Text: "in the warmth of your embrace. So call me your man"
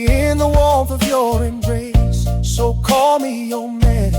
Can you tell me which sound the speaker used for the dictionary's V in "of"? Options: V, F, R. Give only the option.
V